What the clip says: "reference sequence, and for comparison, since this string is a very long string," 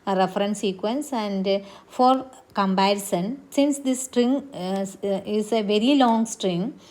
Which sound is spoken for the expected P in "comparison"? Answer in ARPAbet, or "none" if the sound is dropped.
B